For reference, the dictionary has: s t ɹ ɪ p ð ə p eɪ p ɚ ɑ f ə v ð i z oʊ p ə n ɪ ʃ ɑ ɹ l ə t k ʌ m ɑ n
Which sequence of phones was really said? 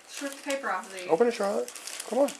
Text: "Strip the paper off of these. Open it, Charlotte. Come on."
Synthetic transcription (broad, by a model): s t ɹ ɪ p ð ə p eɪ p ɚ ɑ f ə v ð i oʊ p ə n ɪ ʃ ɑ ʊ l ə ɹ k ʌ m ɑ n